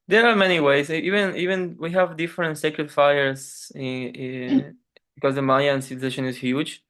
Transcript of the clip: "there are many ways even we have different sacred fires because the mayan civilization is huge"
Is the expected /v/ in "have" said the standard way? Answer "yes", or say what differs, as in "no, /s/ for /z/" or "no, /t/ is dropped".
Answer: yes